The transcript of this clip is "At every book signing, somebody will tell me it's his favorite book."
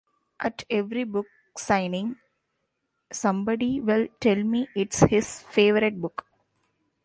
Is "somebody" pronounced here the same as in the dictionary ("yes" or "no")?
yes